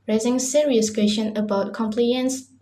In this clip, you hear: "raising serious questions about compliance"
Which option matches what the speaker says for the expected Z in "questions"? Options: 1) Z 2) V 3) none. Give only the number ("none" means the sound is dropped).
3